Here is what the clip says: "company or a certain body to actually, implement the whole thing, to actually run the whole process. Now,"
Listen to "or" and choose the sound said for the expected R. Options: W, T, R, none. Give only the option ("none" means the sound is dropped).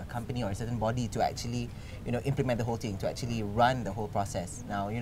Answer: R